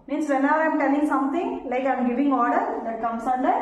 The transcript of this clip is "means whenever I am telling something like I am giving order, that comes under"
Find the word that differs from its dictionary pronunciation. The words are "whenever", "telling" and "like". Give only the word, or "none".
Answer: whenever